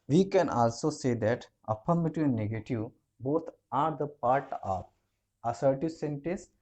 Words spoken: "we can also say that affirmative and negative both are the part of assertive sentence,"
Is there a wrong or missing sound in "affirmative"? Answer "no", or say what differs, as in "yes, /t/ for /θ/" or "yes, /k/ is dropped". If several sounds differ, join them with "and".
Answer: yes, /p/ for /f/